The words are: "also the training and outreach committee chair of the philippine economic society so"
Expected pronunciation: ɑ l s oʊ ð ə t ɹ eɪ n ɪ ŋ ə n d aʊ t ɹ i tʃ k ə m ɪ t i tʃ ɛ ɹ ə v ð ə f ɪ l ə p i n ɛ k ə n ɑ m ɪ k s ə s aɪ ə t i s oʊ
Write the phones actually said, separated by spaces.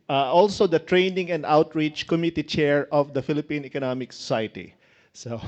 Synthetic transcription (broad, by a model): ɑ l s oʊ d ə t ɹ eɪ n ɪ ŋ ə n d aʊ t ɹ i tʃ k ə m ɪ t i tʃ ɛ ɹ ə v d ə f ɪ l ə p i n ɛ k ə n ɑ m ɪ k s ə s aɪ ə t i s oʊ